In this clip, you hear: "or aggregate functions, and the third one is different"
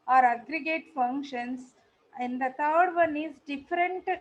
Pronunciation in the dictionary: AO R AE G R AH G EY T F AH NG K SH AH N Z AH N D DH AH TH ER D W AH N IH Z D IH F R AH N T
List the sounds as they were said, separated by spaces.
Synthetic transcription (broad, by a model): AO R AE G R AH G EY T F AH NG K SH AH N S AH N D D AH T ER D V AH N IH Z D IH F R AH N T